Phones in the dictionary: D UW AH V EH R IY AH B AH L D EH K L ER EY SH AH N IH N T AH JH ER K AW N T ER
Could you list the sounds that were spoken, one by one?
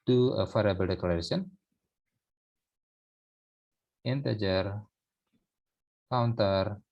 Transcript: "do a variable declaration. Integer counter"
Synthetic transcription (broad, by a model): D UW AH F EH R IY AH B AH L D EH K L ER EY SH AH N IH N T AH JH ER K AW N T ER